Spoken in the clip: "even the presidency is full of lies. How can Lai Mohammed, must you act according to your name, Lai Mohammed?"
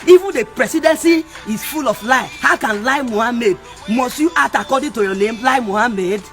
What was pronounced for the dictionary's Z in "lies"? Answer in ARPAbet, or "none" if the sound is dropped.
none